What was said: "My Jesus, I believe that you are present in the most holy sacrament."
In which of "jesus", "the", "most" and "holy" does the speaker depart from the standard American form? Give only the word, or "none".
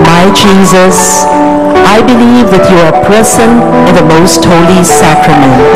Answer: none